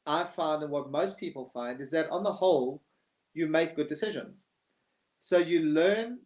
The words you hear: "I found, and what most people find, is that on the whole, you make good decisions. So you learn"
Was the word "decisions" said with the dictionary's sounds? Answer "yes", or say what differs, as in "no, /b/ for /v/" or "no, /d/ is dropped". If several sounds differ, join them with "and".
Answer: yes